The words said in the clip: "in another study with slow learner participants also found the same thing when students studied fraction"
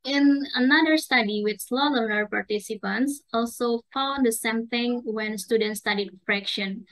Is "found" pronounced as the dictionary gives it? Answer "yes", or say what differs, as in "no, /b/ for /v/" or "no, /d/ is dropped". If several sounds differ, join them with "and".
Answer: no, /l/ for /n/